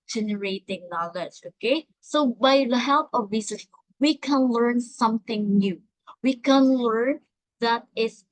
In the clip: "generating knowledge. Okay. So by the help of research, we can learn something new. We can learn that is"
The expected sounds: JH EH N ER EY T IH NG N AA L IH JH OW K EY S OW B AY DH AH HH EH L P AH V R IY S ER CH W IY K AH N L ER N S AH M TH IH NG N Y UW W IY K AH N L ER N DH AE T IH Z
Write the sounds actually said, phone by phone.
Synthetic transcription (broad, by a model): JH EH N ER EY T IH NG N AA L IH JH OW K EY S OW B AY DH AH HH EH L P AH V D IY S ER S W IY K AH N L ER N S AH M TH IH NG N Y UW W IY K AH N L ER N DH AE T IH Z